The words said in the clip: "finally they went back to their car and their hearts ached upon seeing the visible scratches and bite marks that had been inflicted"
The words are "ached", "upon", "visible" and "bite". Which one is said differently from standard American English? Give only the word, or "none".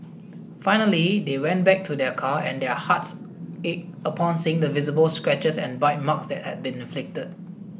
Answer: ached